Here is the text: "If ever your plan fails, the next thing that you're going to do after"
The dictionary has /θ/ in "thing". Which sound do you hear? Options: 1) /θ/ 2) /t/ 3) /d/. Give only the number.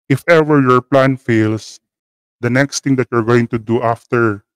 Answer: 2